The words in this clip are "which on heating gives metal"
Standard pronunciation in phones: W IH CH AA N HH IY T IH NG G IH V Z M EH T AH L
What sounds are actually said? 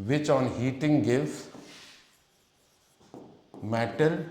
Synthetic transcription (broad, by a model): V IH CH AA N HH IY T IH NG G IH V M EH T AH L